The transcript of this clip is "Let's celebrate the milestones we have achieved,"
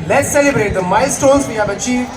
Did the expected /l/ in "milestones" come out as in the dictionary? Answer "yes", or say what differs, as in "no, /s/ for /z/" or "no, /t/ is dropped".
no, /l/ is dropped